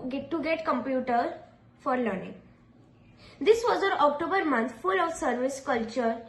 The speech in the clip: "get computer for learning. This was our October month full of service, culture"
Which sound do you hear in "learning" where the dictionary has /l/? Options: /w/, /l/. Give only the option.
/l/